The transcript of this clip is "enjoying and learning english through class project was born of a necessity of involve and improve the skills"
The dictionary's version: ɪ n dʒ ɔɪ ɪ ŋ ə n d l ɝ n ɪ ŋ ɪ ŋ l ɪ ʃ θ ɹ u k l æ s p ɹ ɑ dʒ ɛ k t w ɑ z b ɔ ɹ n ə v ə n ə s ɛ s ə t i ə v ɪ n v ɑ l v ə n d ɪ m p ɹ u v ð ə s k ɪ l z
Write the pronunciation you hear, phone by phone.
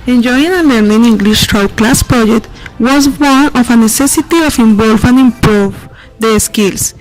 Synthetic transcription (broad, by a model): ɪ n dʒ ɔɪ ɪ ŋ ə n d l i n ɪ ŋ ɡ l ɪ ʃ t ɹ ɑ k l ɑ s p ɹ ɑ dʒ ɛ k t w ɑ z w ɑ n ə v ə n ə s ɛ s ə t i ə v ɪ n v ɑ l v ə n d ɪ m p ɹ u v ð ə s k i l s